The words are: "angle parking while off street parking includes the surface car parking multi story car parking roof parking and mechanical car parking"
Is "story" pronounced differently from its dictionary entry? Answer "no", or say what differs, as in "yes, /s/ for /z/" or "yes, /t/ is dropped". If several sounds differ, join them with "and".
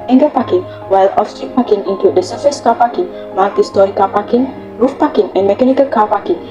yes, /ɹ/ is dropped